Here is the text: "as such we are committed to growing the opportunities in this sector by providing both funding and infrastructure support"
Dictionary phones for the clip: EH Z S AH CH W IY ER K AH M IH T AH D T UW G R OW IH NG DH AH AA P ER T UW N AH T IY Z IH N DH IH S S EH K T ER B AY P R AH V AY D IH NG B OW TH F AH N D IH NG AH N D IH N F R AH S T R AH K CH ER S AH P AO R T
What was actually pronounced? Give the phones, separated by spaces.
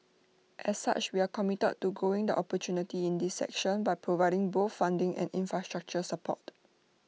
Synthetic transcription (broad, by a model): EH S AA CH W IY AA K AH M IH T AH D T UW G OW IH NG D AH AA P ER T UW N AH T IY IH N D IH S S EH K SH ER B AY P R AH V AY D IH NG B OW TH F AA N D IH NG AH N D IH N F R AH S T R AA K CH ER S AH P AO T